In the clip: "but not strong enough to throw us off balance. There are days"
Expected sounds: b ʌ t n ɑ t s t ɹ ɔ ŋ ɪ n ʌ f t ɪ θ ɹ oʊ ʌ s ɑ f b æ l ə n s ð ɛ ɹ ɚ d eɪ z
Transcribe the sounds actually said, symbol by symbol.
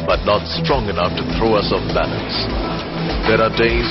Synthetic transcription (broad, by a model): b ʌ t n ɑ t s t ɹ ɔ ŋ ɪ n ʌ f t ɪ θ ɹ oʊ ʌ s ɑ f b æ n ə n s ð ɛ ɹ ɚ d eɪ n